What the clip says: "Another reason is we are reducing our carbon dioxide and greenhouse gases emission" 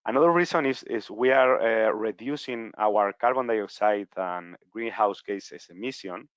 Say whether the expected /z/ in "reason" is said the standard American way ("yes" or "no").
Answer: no